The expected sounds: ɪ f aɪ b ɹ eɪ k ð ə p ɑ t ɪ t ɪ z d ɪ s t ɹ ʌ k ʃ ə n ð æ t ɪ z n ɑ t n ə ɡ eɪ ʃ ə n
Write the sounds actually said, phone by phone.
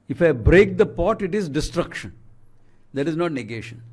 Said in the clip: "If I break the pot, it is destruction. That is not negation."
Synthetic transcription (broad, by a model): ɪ f aɪ b ɹ eɪ k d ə p ɑ t ɪ t ɪ z d ɪ s t ɹ ʌ k ʃ ə n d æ t ɪ z n ɑ t n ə ɡ eɪ ʃ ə n